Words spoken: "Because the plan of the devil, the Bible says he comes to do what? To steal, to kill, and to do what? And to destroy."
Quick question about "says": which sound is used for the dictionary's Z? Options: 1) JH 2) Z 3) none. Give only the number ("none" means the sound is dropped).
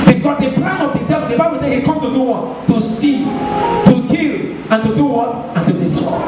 3